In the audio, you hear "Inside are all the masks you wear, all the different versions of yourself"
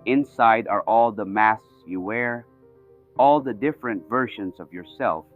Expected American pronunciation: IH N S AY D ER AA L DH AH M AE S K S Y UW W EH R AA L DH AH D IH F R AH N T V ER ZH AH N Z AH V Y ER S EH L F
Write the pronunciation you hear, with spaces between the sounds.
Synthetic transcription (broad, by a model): IH N S AY D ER AA L DH AH M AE S S Y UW W EH R AA L DH AH D IH F R AH N T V ER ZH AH N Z AH V Y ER S EH L F